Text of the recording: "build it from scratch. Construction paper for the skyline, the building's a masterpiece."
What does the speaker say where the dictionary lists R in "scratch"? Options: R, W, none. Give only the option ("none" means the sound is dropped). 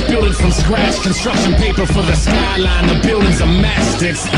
W